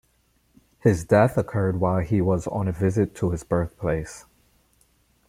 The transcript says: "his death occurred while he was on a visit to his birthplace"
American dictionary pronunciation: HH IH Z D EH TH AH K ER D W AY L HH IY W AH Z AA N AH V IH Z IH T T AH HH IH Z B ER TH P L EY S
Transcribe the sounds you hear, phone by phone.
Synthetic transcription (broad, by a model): HH IH Z D EH TH AH K ER D W AY L IY W AH Z N AH V IH Z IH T T AH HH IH Z B ER TH P L EY S